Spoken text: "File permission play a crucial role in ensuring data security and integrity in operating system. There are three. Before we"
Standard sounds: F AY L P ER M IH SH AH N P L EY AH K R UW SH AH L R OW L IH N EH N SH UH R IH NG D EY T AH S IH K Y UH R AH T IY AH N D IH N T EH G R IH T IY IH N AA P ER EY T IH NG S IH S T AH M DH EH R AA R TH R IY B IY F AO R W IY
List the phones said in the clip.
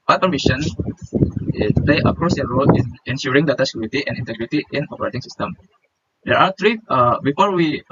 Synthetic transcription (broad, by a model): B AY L P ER M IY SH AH N P L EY AH K R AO S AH R OW L IH N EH N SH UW R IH NG D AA T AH S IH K Y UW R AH T IY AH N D IH N T EH G R IH T IY IH N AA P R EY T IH NG S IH S T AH M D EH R AA R T R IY B IY F AO R W IY